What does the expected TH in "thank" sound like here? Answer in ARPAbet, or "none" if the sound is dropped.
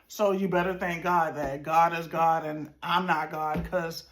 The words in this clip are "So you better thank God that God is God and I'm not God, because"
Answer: TH